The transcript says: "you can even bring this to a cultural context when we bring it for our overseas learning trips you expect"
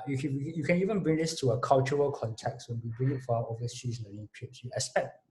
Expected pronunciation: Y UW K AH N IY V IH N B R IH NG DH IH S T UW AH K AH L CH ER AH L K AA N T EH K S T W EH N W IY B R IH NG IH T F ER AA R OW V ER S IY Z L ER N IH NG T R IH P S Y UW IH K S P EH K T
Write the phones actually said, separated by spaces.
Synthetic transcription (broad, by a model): Y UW K AH N IY V IH N B R IH NG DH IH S T UW AH K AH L CH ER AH L K AA N T EH K S T W EH N W IY B R IH NG IH T F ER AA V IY ER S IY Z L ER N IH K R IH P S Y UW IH S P EH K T